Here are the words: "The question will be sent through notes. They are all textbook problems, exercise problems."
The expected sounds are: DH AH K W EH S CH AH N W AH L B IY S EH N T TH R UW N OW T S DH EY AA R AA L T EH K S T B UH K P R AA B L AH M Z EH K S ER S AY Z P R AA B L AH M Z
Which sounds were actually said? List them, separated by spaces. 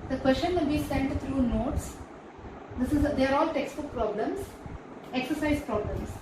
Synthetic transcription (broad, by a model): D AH K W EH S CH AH N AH B IY S EH N T T R UW N OW T S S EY AA R AA L T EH K S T UH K P R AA B L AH M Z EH K S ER S AY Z P R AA B L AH M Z